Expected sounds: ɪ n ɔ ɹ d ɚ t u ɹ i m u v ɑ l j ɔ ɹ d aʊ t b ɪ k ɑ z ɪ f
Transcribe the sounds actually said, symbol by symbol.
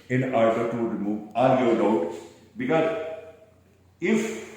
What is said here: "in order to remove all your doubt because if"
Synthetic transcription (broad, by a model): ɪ n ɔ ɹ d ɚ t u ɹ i m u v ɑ n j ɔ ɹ d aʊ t b ɪ k ɑ z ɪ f